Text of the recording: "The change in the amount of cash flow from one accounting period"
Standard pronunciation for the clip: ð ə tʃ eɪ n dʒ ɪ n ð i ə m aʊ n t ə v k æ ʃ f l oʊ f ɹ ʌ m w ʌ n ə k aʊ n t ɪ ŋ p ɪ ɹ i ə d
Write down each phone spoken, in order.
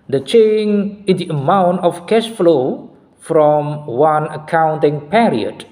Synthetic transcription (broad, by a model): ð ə tʃ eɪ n ɪ n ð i ə m aʊ n t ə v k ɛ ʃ f l oʊ f ɹ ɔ m w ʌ n ə k aʊ n t ɪ ŋ p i ɹ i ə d